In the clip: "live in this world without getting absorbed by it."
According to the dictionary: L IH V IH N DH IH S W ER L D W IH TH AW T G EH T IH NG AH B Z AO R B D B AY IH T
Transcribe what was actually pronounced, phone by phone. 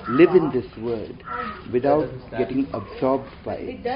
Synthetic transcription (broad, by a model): L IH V IH N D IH S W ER D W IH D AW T G EH T IH NG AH B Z AO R B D B AY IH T